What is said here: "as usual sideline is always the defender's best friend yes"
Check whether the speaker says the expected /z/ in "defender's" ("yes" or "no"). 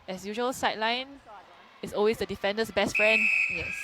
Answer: no